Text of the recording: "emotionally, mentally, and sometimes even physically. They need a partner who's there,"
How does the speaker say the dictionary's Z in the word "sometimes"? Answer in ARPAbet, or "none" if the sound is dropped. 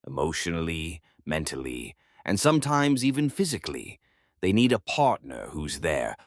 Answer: Z